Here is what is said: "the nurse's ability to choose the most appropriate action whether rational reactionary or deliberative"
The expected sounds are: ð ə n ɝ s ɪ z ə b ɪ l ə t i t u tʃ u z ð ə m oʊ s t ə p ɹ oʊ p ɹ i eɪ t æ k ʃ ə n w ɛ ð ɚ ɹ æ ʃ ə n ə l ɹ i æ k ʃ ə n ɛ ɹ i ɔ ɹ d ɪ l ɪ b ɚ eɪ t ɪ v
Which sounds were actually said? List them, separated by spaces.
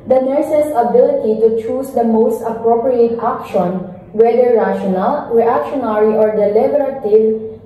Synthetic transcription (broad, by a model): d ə n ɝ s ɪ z ə b ɪ l ə t i t u tʃ u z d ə m oʊ s t ə p ɹ oʊ p ɹ i eɪ t æ k ʃ ə n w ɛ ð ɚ ɹ æ ʃ ə n ə l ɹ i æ k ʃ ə n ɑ ɹ i ɔ ɹ d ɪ l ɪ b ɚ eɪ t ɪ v